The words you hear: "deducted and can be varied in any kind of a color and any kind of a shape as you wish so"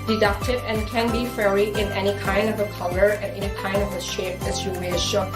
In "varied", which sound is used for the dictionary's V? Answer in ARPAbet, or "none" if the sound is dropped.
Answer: F